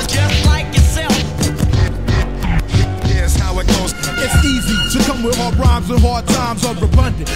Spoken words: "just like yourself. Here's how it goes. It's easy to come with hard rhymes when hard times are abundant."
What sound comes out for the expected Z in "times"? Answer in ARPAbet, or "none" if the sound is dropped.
Z